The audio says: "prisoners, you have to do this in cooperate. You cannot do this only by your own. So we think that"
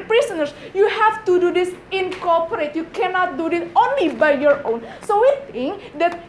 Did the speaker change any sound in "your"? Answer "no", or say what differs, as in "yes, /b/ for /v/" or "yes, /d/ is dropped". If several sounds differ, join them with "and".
no